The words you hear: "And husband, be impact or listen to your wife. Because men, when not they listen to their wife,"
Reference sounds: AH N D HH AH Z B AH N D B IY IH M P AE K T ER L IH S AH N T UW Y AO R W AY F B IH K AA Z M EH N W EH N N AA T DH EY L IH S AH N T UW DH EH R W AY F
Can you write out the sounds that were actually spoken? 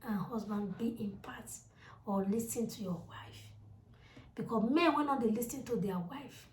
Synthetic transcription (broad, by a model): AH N HH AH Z B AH N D B IY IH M P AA T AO L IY S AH N T UW Y AO W AY F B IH K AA M EH N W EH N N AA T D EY L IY S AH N T UW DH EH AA W AY F